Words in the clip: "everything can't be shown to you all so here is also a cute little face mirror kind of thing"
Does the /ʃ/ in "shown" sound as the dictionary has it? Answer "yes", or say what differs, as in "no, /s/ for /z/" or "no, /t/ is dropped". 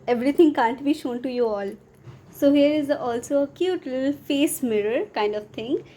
yes